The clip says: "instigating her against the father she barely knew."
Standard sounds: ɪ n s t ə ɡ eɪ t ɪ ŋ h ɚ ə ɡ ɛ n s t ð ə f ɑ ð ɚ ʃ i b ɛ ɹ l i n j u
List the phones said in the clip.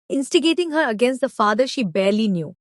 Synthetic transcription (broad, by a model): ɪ n s t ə ɡ eɪ t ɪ ŋ h ɚ ə ɡ ɛ n s t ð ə f ɑ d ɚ ʃ i b ɛ ɹ l i n j u